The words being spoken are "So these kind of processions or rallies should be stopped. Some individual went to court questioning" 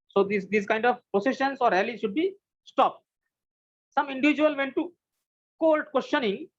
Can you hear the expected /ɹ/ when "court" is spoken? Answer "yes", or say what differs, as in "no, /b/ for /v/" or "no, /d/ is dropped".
no, /l/ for /ɹ/